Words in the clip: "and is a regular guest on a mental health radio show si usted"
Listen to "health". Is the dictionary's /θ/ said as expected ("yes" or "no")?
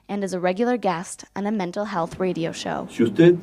yes